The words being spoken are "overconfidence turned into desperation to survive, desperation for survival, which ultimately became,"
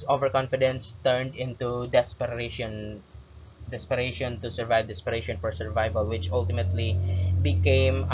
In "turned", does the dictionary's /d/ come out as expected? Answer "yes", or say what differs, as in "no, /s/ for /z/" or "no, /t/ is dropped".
yes